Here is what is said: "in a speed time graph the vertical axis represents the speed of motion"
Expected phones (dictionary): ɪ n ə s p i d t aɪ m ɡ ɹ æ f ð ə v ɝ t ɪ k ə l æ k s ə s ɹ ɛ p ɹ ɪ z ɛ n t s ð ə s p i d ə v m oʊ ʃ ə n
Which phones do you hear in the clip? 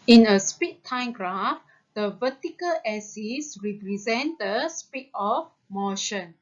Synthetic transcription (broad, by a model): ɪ n ə s p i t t aɪ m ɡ ɹ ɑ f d ə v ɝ t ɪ k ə l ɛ s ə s ɹ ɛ p ɹ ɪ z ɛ n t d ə s p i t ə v m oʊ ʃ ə n